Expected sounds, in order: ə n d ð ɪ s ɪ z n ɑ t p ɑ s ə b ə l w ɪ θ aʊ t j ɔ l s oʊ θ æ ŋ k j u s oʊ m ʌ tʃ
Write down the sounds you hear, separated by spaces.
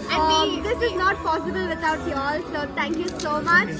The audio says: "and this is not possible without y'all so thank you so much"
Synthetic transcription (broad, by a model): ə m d ɪ s ɪ z n ɑ t p ɑ s ə b ə l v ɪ t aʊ t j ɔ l s oʊ t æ ŋ k j u s oʊ m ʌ tʃ